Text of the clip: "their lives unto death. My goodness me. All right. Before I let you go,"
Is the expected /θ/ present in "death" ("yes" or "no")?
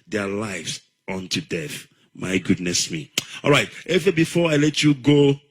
yes